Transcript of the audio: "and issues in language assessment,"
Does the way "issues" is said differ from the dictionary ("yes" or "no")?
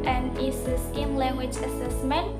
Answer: yes